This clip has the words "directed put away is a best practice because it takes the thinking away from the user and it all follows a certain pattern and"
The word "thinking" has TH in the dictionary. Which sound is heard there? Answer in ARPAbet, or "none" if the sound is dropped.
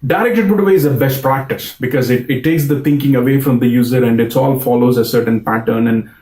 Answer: T